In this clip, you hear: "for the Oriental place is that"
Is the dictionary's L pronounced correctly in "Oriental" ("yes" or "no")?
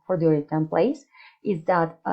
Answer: no